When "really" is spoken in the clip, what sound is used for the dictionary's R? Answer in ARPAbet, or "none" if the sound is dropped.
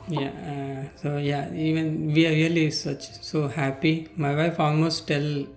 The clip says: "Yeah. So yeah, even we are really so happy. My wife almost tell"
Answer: L